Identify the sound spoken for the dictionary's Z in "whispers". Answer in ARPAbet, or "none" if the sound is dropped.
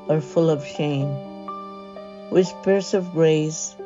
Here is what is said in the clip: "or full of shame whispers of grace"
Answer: S